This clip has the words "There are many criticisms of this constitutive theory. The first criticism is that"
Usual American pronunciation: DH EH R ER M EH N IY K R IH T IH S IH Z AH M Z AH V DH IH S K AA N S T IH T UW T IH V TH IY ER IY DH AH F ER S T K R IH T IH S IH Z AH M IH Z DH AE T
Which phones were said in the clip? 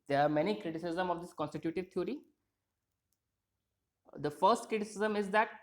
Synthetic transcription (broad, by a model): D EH R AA M EH N IY K R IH T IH S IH Z AH M AH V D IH S K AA N S T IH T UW T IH V T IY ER IY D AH F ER S T K R IH T IH S IH Z AH M IH Z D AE T